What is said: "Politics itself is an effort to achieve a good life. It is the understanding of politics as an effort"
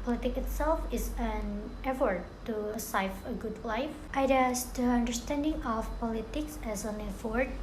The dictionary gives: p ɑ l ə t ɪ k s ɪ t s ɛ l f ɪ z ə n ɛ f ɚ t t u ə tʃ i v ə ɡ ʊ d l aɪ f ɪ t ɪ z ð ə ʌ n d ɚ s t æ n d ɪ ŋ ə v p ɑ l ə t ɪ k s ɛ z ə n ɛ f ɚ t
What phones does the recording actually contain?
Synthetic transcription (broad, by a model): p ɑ l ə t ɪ k ɪ t s ɛ l f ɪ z ə n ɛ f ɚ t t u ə ɪ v ə ɡ ʊ d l aɪ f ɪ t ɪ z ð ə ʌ n d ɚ s t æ n d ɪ ŋ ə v p ɑ l ə t ɪ k s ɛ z ə n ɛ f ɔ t